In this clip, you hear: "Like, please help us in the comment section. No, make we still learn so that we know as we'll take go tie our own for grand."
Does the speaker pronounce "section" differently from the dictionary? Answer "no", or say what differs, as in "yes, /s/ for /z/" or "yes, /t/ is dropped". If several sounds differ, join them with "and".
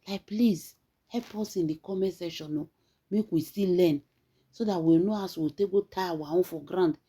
yes, /k/ is dropped